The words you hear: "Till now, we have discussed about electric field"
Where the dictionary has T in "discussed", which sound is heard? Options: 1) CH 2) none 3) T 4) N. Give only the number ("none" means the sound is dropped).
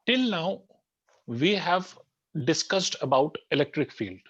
3